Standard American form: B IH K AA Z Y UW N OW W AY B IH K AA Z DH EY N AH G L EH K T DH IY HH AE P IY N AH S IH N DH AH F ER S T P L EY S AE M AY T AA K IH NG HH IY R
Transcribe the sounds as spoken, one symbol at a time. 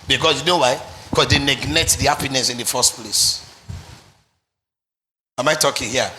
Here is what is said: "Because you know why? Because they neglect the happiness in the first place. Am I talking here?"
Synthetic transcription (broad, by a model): B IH K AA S Y UW N OW W AY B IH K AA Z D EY N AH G N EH T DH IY HH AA P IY N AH S IH N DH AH F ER S T P L EY S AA M AY T AA K IH NG HH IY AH